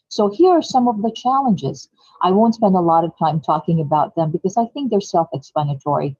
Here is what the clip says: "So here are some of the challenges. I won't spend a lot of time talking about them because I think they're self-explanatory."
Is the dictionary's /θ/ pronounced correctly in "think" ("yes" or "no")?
yes